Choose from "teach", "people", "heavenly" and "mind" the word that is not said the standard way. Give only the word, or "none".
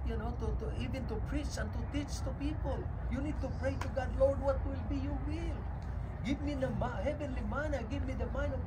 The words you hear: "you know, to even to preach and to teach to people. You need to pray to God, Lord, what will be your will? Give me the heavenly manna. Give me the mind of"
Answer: mind